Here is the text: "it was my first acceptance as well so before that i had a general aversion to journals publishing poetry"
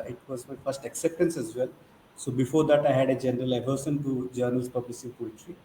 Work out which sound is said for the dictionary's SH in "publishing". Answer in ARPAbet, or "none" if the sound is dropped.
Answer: S